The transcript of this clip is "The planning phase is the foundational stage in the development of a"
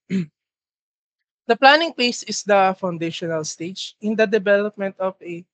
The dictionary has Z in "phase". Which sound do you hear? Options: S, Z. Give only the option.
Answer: S